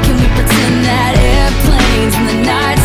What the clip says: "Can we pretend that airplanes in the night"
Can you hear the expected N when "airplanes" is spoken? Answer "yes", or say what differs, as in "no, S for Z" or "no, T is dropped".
no, N is dropped